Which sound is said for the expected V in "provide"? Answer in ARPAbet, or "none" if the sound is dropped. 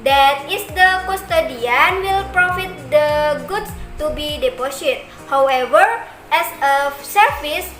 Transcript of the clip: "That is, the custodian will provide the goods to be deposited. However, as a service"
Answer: F